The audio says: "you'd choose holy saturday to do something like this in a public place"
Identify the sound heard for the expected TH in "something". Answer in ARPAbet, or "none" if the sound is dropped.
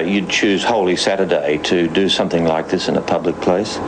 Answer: TH